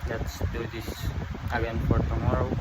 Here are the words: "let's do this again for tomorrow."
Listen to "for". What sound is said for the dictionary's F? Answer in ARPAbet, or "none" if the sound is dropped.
P